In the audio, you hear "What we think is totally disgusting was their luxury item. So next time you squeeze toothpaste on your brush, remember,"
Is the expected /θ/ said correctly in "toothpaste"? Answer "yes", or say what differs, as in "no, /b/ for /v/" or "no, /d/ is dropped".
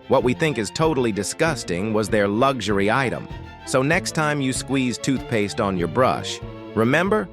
yes